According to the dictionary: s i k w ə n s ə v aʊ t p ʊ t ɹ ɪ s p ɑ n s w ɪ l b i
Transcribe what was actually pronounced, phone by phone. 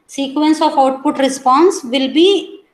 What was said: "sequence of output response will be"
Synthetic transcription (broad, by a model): s i k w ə n s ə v aʊ t p ʊ t ɹ ɪ s p ɑ n s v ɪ l b i